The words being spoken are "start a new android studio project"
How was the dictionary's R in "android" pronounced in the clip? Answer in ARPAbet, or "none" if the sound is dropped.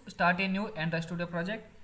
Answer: none